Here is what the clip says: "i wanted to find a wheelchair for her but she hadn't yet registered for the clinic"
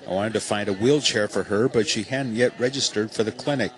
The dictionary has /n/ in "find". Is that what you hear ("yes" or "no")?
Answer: yes